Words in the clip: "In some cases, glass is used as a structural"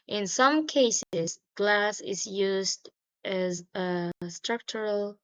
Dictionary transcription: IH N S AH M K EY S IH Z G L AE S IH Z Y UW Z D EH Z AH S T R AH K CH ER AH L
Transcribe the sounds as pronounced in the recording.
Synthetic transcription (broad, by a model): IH N S AH M K EY S IH Z G L AE S IH Z Y UW Z D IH Z AH S T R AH K CH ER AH L